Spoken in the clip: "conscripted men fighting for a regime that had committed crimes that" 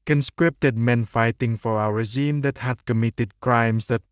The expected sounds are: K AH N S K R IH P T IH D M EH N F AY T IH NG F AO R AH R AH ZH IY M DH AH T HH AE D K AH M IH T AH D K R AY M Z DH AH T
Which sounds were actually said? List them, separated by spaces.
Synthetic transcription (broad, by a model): K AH N S K R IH P T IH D M EH N F AY T IH NG F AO W AH R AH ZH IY M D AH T HH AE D K AH M IH T AH D K R AY M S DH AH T